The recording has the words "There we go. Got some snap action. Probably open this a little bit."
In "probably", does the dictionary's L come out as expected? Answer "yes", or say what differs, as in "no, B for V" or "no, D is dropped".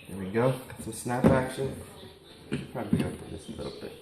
no, L is dropped